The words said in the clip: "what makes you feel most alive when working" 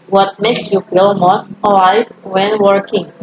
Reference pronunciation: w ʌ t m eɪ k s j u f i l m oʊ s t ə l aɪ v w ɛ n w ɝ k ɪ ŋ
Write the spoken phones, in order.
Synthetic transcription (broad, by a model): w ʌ t m eɪ k s j u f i l m oʊ s t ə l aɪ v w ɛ n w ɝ k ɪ ŋ